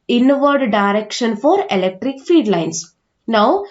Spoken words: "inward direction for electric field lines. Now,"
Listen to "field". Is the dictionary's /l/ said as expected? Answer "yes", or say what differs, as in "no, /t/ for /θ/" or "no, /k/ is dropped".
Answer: no, /l/ is dropped